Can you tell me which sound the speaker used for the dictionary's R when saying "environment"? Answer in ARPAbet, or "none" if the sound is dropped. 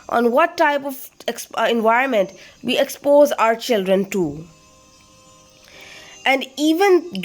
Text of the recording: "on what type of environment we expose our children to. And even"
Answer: R